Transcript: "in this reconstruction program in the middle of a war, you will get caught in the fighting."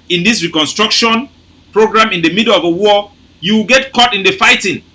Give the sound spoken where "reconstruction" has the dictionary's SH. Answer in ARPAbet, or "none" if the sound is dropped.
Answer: SH